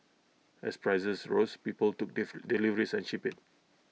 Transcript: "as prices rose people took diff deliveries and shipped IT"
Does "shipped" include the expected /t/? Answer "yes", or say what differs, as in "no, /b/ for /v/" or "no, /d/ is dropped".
no, /t/ is dropped